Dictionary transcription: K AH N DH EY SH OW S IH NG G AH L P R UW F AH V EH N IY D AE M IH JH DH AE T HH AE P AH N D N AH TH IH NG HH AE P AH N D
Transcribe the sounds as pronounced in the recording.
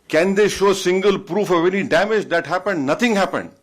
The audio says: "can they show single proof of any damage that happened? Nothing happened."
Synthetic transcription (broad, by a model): K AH N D EY SH OW S IH NG G AH L P R UW F AH V EH N IY D AE M IH JH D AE T HH AE P AH N D N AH T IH NG HH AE P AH N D